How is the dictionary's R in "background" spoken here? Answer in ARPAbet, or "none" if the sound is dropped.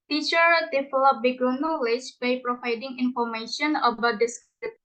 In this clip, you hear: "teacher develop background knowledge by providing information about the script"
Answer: none